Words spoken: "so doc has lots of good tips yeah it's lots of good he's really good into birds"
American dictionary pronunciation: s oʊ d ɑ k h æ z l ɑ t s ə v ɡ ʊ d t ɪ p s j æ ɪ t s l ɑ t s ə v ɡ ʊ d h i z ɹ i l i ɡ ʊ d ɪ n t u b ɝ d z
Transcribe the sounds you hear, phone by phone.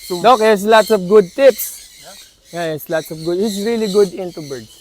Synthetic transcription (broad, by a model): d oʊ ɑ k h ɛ s l ɑ t s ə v ɡ ʊ d t ɪ p s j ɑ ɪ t s l ɑ t s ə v ɡ ʊ d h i s ɹ i l i ɡ ʊ d ɪ n t u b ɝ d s